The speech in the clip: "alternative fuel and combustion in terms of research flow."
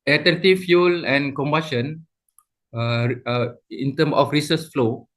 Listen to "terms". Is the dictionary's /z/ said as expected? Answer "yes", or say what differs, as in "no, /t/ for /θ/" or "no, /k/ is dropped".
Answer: no, /z/ is dropped